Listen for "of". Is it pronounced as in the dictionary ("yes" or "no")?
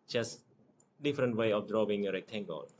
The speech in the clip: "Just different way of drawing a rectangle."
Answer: no